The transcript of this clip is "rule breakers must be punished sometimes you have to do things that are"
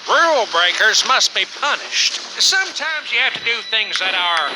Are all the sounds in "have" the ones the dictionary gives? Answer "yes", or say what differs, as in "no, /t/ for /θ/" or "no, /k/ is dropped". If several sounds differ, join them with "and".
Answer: no, /f/ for /v/